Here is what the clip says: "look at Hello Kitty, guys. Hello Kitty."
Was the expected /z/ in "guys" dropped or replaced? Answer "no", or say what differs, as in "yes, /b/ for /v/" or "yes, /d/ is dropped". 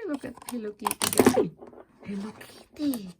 yes, /z/ is dropped